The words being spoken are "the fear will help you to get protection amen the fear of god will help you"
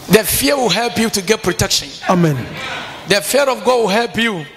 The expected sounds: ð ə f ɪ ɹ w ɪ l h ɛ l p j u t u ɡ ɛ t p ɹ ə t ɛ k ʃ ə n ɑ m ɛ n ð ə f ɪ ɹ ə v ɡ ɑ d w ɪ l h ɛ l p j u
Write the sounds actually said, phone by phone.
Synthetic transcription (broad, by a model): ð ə f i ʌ w ɪ l h ɛ l p j u t u ɡ ɛ t p ɹ ə t ɛ k ʃ ə n ɑ m ɛ n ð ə f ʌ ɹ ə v ɡ ɑ d w ɪ l h ɛ l p j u